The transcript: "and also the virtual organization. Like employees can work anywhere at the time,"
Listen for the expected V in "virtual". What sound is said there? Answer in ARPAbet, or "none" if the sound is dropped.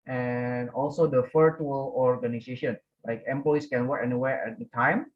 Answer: F